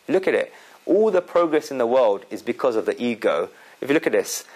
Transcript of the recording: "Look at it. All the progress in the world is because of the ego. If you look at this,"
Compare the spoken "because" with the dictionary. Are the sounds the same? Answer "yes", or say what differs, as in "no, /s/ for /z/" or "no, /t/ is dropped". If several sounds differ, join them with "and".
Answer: yes